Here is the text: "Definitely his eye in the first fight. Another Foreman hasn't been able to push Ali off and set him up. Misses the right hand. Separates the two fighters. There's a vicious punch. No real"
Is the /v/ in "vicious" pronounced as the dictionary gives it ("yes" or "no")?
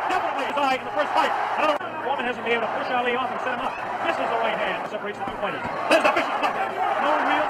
no